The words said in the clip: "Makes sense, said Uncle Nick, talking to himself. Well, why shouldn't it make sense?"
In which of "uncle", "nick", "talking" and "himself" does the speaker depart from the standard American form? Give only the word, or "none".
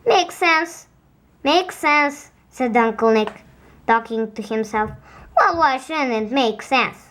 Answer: none